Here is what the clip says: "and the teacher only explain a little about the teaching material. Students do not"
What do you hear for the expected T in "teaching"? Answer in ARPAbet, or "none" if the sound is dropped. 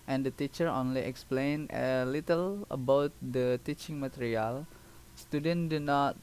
T